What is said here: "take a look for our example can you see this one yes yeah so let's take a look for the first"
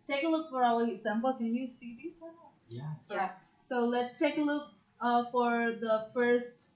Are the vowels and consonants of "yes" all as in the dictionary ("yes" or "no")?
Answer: no